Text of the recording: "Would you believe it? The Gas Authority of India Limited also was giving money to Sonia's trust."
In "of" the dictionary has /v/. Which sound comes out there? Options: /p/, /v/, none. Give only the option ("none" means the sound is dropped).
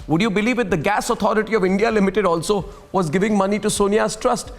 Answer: /v/